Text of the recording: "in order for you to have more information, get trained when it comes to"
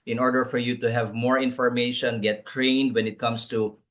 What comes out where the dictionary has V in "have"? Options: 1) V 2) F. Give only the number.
1